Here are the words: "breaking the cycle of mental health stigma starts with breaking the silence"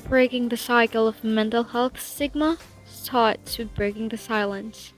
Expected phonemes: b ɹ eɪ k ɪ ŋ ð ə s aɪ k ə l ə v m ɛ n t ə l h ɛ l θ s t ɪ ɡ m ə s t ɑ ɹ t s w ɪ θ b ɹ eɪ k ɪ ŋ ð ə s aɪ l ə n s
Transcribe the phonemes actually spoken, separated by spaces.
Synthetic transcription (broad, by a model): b ɹ eɪ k ɪ ŋ ð ə s aɪ k l ə v m ɛ n t l h ɛ l θ s ɪ ɡ m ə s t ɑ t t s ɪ b ɹ eɪ k ɪ ŋ ð ə s aɪ l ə n s